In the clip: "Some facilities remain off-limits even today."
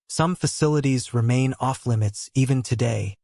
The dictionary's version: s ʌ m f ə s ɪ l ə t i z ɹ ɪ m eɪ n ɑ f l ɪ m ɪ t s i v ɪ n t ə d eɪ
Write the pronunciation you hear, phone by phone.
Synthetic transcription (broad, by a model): s ʌ m f ə s ɪ l ə t i z ɹ ɪ m eɪ n ɑ f l ɪ m ɪ t s i v ɪ n t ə d eɪ